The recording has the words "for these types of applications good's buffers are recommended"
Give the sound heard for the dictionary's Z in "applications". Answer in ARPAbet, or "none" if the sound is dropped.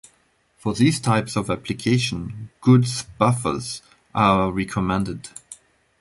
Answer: none